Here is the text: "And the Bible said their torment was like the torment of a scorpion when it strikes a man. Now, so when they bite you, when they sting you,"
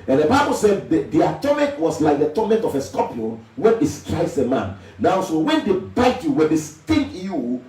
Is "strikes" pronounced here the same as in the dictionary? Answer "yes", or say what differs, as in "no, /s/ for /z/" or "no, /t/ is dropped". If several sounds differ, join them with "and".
no, /k/ is dropped